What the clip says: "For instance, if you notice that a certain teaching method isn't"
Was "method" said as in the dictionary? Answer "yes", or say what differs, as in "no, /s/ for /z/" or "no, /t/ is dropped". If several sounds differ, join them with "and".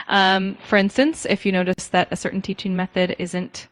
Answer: yes